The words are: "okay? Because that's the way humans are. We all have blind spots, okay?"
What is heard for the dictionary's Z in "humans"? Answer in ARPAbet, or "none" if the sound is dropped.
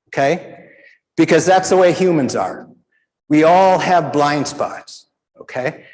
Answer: Z